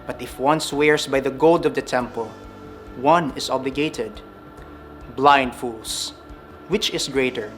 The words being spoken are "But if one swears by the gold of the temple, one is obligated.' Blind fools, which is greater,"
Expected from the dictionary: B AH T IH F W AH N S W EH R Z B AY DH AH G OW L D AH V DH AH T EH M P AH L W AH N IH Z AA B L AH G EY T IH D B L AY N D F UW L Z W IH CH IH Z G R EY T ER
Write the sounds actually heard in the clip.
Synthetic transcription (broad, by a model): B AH T IH F W AH N S W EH R S B AY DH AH G OW L D AH V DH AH T EH M P AH L W AH N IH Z AA B L AH G EY T IH D B L AY N D F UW L S W IH CH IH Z G R EY T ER